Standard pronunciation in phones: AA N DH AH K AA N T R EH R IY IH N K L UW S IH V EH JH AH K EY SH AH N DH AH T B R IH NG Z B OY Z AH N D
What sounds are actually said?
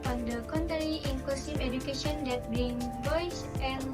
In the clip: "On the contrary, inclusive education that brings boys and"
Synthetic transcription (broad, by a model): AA N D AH K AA N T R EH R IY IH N K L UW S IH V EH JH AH K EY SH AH N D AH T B IH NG B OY S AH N